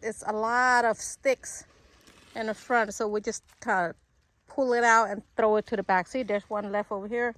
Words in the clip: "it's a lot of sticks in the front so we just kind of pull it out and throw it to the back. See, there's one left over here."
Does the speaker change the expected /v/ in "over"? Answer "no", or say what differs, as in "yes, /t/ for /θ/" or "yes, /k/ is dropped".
no